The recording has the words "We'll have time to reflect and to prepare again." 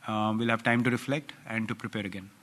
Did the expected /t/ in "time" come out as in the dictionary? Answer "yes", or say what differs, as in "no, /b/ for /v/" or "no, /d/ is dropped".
yes